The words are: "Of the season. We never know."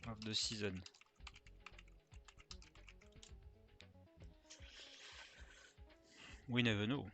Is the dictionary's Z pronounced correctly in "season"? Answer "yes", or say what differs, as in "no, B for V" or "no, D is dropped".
yes